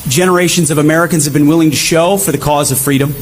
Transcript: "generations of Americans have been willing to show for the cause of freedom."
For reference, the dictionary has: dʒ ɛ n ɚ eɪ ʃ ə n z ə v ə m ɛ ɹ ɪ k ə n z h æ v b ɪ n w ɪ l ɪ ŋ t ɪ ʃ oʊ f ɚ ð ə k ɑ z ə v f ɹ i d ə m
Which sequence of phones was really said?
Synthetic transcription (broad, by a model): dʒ ɛ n ɚ eɪ ʃ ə n z ə v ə m ɛ ɹ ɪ k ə n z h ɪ v b ɪ n w ɪ l ɪ ŋ t ɪ ʃ oʊ f ɚ ð ə k ɑ z ə v f ɹ i d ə m